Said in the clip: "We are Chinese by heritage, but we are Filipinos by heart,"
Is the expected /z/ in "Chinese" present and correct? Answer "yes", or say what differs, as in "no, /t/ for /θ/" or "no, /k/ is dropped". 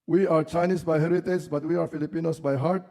no, /s/ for /z/